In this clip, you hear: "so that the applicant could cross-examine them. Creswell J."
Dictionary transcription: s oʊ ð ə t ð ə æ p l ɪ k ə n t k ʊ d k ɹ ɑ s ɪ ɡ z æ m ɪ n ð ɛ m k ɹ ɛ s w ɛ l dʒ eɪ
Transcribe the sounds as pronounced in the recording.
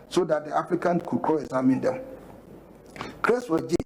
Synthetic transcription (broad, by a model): s oʊ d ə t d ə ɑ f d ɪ k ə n k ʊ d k ɑ ɪ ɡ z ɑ m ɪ n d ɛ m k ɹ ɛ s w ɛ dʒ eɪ